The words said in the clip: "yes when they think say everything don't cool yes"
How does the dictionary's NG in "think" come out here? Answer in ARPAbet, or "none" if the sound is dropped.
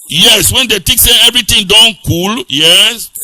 none